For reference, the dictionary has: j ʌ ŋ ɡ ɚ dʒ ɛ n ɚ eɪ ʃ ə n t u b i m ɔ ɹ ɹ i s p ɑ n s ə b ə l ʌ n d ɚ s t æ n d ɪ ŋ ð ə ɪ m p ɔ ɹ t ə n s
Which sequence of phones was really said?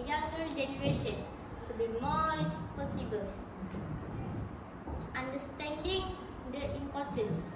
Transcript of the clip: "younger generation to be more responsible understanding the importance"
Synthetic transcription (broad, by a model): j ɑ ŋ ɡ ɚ dʒ ɛ n ɚ eɪ ʃ ə n t u b i m ɔ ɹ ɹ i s p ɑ s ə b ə l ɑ n d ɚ s t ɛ n d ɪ ŋ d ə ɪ m p ɔ t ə n s